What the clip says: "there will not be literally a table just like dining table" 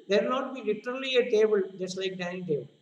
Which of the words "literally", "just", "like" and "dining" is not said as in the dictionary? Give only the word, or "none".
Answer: dining